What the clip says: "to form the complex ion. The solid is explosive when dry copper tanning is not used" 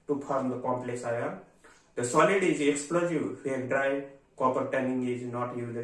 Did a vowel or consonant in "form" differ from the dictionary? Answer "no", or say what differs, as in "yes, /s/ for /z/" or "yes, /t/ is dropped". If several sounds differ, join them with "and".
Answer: yes, /p/ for /f/